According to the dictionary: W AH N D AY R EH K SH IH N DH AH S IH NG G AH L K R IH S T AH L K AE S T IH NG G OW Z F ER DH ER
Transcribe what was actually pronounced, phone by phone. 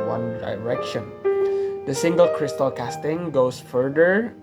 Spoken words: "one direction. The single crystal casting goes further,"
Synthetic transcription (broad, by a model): W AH N D AY R EH K SH IH N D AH S IH NG G AH L K R IH S T AH L K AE S T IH NG G OW S F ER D ER